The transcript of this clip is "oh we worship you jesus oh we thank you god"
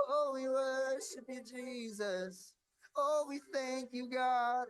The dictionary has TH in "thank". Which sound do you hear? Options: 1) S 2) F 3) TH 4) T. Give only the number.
3